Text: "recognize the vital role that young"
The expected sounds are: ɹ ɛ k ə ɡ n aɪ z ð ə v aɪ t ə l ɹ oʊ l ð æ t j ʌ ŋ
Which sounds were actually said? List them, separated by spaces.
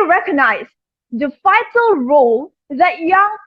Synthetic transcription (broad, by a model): ɹ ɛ k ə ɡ n aɪ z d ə f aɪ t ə l ɹ oʊ l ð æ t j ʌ